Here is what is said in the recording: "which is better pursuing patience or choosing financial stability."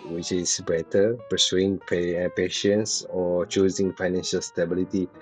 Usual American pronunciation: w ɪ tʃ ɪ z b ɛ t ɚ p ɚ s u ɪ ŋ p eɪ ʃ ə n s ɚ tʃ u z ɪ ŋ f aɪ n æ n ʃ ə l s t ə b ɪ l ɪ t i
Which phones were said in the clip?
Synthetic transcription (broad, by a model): w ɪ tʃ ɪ s b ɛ t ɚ p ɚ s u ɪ ŋ p eɪ ʃ ə n s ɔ tʃ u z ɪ ŋ f aɪ n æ n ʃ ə l s t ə b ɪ l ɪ t i